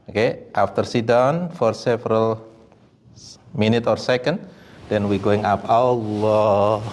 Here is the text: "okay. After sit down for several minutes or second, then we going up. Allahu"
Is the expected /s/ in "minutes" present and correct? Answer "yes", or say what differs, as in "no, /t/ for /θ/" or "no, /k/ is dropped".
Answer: no, /s/ is dropped